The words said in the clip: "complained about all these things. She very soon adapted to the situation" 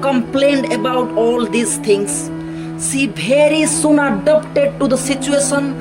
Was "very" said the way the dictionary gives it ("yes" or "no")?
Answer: no